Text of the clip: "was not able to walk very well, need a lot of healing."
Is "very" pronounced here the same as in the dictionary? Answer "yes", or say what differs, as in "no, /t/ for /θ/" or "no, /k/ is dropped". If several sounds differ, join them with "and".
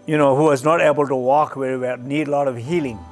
no, /w/ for /v/